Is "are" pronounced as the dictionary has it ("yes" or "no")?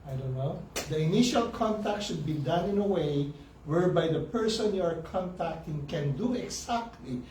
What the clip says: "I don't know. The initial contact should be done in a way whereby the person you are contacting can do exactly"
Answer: yes